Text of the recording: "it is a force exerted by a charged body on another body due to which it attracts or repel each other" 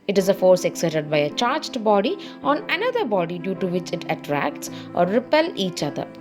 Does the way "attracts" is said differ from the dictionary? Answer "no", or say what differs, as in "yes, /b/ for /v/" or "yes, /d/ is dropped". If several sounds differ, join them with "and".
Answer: no